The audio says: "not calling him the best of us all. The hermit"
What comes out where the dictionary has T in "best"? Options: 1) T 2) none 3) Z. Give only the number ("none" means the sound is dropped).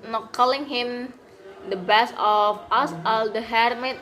2